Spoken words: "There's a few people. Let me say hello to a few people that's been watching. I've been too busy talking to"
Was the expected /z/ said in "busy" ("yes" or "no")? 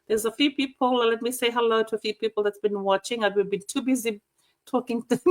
yes